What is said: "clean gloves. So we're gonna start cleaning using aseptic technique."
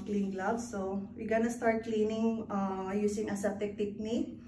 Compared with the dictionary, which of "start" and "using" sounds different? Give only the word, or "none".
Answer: using